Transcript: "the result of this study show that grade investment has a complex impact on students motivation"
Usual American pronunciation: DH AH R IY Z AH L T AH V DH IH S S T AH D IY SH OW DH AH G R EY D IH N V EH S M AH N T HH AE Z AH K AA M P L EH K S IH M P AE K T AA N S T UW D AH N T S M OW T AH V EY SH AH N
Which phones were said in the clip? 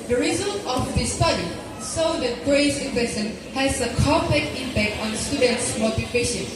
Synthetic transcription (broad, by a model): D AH R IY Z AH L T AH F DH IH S S T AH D IY S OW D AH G R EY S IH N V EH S AH N HH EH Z AH K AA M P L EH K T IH M P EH K T AA N S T UW D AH N T S M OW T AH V EY SH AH N